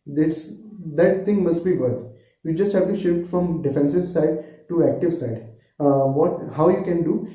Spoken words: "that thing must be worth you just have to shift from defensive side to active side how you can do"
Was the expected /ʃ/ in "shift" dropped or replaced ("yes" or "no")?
no